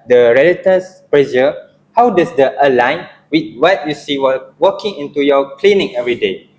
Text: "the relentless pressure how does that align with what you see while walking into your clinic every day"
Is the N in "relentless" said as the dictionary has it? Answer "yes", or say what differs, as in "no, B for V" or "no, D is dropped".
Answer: no, N is dropped